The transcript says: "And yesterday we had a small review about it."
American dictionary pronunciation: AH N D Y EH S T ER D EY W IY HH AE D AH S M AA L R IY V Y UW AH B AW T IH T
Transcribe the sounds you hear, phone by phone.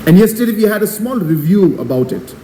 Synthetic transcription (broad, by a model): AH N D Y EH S T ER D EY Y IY HH AE D AH S M AA L R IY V Y UW AH B AW T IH T